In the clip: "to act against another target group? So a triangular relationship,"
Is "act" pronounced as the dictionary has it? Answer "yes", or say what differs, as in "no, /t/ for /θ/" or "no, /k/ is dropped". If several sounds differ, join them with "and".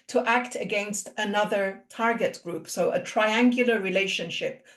yes